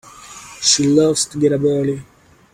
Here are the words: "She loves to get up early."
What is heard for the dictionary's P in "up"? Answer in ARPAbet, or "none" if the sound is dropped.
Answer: B